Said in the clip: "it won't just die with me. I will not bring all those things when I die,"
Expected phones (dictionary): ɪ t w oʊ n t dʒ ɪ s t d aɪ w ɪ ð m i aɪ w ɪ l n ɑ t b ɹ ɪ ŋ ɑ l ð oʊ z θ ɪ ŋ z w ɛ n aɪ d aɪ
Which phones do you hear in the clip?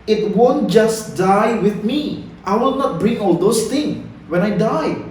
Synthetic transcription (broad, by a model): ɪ t w oʊ n t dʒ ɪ s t d aɪ w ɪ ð m i aɪ w ɪ l n ɑ t b ɹ ɪ ŋ ɑ l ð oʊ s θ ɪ ŋ w ɛ n aɪ d aɪ